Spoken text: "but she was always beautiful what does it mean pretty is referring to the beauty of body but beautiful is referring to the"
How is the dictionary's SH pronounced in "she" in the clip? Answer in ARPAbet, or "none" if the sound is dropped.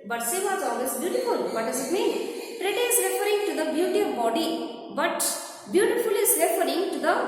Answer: S